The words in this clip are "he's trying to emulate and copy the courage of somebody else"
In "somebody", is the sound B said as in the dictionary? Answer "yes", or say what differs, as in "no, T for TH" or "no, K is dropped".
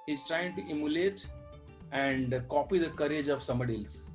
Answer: no, B is dropped